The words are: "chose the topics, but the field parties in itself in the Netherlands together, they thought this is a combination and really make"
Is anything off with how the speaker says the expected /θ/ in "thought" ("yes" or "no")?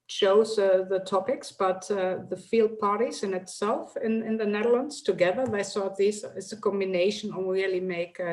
yes